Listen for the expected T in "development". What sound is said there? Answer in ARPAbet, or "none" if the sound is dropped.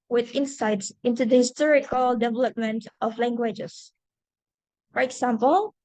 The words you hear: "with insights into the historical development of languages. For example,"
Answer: T